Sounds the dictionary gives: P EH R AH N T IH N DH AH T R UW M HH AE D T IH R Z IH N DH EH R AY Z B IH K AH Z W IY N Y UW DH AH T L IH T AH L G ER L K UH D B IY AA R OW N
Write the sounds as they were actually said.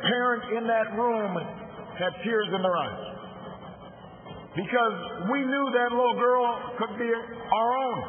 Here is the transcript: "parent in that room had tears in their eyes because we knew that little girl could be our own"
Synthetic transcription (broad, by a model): P EH R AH N T IH N DH AH T R UW M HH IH D T IH R Z IH N DH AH R AY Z B IH K AH Z W IY N Y UW DH AH T L IH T L G ER L K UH D B IY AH R OW N